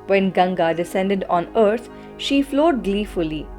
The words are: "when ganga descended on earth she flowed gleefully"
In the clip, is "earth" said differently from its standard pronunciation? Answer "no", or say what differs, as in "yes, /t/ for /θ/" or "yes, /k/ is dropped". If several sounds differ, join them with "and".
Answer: yes, /t/ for /θ/